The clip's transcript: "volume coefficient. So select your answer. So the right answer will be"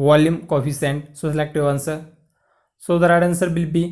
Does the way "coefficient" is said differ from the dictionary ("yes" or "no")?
yes